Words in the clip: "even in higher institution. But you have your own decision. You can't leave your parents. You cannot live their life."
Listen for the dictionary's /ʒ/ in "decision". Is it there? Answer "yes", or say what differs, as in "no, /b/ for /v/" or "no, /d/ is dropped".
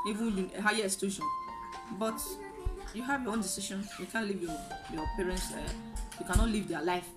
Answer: no, /ʃ/ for /ʒ/